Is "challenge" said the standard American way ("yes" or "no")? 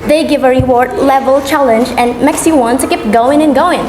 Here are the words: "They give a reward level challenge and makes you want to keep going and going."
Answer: yes